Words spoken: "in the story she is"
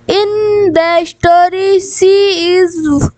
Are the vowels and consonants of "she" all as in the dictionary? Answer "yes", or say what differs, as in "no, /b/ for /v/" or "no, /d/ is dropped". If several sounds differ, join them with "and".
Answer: no, /s/ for /ʃ/